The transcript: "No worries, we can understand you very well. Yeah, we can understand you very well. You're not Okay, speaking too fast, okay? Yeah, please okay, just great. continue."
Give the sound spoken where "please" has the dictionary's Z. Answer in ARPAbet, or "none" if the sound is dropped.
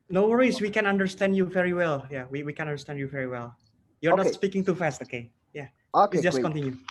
none